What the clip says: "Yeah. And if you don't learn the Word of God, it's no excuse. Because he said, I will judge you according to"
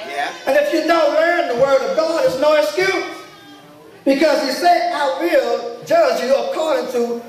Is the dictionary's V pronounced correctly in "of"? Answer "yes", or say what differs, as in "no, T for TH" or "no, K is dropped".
yes